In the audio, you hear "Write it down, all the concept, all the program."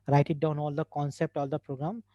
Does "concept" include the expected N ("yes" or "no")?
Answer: yes